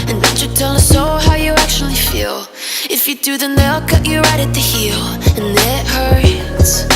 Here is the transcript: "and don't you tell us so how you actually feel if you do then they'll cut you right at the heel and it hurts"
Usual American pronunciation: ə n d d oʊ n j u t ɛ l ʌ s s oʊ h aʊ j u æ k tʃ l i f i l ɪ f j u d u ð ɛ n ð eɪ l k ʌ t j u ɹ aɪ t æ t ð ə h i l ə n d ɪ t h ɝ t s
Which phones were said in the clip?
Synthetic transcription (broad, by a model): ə n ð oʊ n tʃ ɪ t ɛ l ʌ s s oʊ h aʊ j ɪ æ k tʃ l i f i l ɪ f j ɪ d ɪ ð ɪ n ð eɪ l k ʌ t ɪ ɹ aɪ t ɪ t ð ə h i l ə n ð ɪ t h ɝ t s